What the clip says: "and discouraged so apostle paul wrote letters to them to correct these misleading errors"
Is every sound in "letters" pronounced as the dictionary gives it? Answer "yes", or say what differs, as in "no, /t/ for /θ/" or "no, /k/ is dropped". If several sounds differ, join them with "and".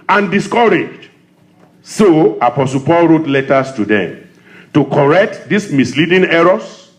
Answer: no, /s/ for /z/